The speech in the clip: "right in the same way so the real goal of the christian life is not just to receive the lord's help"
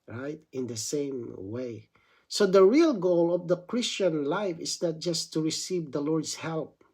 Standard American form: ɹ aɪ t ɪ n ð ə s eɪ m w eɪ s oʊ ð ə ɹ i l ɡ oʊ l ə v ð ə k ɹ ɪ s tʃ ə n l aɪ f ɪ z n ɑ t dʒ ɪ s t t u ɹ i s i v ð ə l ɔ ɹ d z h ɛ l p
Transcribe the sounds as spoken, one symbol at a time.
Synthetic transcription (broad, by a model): ɹ aɪ t ɪ n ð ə s eɪ m w eɪ s oʊ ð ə ɹ i l ɡ oʊ l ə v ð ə k ɹ ɪ s tʃ ə n l aɪ f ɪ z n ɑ t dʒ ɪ s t t u ɹ i s i v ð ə l ɔ ɹ d s h ɛ l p